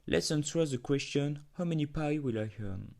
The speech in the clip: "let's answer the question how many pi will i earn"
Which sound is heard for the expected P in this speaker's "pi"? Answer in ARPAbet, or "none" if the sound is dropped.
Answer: P